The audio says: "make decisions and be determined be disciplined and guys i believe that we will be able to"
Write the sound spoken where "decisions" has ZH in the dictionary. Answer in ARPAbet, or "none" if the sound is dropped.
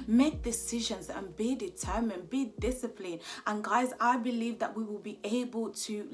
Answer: ZH